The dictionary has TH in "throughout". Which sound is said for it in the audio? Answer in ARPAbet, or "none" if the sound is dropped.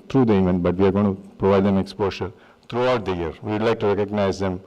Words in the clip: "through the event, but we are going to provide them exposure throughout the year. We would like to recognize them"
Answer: T